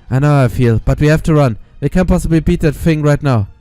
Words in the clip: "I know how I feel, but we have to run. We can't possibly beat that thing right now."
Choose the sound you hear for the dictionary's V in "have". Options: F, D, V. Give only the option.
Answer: F